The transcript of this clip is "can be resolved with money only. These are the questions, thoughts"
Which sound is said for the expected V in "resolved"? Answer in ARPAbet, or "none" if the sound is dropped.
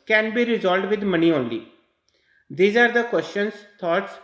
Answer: none